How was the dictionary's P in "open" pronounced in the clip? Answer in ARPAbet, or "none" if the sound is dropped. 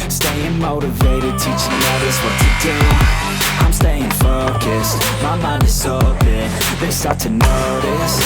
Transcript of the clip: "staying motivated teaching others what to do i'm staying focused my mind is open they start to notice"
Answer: B